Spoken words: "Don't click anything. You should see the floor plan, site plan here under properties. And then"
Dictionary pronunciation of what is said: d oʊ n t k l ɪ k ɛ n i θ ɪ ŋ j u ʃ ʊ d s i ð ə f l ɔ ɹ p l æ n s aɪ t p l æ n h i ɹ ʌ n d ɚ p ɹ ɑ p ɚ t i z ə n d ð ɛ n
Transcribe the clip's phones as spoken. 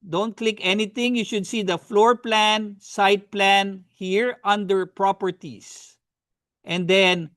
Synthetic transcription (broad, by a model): d oʊ n t k l ɪ k ɛ n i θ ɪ ŋ j u ʃ ʊ d s i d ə f l ɔ ɹ p l æ n s aɪ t p l æ n h i ɹ ʌ n d ɚ p ɹ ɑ p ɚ t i s ə n d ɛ n